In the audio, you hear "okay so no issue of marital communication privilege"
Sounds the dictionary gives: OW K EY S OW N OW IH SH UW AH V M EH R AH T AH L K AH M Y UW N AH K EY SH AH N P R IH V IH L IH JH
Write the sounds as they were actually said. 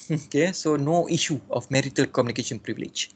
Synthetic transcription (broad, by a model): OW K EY S OW N OW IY SH UW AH F M EH R AH T AH L K AH M Y UW N AH K EY SH AH N P R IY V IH L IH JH